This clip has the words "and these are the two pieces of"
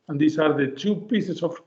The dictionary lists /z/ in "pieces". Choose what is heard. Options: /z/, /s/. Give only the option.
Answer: /s/